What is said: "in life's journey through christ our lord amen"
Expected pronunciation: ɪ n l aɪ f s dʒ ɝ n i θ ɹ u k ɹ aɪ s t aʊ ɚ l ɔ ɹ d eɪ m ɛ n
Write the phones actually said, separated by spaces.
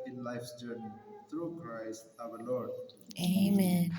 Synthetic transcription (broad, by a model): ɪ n l aɪ f s dʒ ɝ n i t ɹ u k ɹ aɪ s t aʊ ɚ l ɔ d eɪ m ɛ n